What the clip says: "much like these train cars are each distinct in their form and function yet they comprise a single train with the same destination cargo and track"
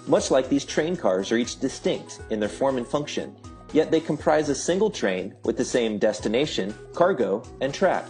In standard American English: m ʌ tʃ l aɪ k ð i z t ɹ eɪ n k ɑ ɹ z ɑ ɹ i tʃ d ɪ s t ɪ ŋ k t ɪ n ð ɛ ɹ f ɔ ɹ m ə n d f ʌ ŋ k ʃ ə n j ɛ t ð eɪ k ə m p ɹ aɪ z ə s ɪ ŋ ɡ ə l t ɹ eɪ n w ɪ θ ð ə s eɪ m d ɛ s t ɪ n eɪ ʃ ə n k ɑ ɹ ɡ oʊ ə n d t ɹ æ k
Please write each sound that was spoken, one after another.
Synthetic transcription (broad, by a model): m ʌ tʃ l aɪ k ð i z t ɹ eɪ n k ɑ ɹ z ɹ i tʃ d ɪ s t ɪ ŋ k t ɪ n ð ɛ ɹ f ɔ ɹ m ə n f ʌ ŋ k ʃ ə n j ɛ t ð eɪ k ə m p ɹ aɪ z ə s ɪ ŋ ɡ l t ɹ eɪ n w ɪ ð ə s eɪ m d ɛ s t ɪ n eɪ ʃ ə n k ɑ ɹ ɡ oʊ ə n t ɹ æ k